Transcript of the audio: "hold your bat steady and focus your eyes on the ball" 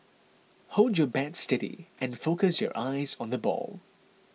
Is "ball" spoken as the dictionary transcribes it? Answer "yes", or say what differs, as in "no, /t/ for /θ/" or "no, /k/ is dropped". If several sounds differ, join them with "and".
yes